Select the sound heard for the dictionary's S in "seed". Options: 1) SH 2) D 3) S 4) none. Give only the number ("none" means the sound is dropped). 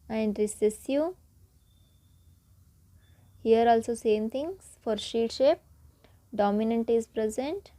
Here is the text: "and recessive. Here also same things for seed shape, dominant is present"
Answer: 1